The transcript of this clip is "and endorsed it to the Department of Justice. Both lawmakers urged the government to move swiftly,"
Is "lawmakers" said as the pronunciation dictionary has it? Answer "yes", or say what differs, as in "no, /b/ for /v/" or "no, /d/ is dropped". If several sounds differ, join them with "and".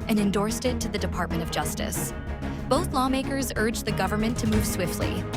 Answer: yes